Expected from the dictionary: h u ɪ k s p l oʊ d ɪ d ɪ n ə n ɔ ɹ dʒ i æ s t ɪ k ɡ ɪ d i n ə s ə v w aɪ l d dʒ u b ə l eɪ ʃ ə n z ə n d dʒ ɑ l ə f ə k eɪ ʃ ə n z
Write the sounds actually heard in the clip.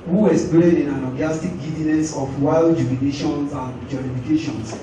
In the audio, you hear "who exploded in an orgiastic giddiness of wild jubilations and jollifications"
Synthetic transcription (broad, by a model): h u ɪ s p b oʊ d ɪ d ɪ n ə l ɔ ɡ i s t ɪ k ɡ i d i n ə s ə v w aɪ l d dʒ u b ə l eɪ ʃ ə n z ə n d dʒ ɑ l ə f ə k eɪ ʃ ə n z